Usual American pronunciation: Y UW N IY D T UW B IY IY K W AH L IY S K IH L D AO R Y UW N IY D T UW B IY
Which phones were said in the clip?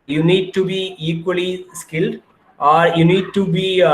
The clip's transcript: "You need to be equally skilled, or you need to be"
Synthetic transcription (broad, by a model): Y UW N IY D T UW B IY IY K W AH L IY S K IH L D AO R Y UW N IY D T UW B IY